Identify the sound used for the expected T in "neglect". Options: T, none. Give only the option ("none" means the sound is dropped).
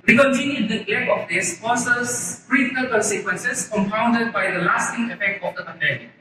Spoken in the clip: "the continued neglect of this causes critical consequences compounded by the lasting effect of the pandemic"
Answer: none